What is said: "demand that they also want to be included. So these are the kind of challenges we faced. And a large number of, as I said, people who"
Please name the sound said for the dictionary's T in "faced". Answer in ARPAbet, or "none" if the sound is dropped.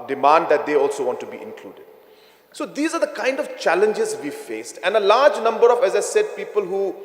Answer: T